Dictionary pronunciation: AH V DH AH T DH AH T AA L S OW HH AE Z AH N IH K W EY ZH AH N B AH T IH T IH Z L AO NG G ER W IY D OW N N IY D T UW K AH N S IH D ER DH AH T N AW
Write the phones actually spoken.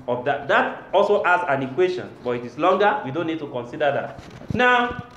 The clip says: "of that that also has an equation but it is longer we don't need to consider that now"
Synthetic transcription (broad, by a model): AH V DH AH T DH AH T AA L S OW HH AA S AH N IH K W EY SH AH N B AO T IH T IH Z L AO NG G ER W IY D OW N N IY D T UW K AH N S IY D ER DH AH T N AW